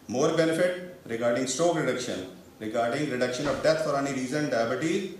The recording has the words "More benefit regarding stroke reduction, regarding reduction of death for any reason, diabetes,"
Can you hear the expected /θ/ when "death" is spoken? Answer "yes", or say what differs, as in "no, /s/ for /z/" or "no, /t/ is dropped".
no, /t/ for /θ/